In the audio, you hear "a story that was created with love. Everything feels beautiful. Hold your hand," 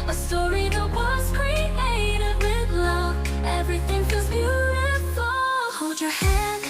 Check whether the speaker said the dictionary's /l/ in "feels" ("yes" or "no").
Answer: no